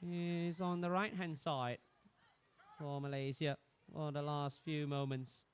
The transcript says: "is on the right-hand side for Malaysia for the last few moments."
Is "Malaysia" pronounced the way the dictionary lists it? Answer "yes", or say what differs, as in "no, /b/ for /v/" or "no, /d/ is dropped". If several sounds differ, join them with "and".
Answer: no, /z/ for /ʒ/